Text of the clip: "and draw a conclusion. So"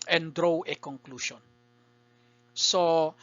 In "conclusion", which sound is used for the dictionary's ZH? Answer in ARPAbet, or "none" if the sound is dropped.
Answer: SH